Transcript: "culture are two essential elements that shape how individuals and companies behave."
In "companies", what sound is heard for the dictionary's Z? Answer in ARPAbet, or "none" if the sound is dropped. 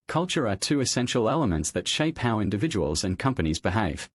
Z